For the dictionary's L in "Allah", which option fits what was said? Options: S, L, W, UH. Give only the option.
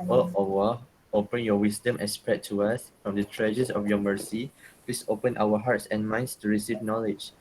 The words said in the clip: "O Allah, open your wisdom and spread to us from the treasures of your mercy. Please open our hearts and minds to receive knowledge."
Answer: W